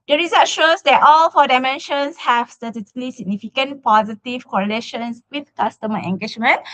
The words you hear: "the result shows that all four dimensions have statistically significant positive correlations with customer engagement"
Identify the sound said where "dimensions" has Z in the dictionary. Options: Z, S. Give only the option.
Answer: S